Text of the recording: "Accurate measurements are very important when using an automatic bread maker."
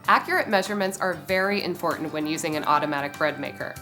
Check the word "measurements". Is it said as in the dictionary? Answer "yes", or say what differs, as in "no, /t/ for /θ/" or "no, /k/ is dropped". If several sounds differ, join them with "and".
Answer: yes